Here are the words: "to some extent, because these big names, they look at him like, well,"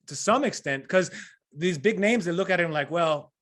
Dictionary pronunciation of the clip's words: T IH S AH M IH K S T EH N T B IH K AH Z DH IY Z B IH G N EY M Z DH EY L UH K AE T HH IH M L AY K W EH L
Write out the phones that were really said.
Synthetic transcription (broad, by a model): T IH S AH M IH K S T EH N T K AH Z DH IY Z B IH G N EY M Z DH EY L UH K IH T HH IH M L AY K W EH L